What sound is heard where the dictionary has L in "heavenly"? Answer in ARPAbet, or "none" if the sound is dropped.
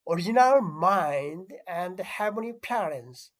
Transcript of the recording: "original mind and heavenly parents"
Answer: none